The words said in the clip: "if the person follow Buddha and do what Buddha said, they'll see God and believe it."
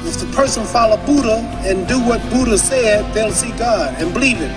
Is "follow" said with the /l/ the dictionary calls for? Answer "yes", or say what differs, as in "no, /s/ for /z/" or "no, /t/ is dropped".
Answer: yes